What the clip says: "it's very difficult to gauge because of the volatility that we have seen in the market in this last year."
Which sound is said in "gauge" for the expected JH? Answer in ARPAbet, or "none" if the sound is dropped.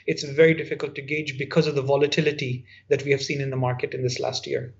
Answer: JH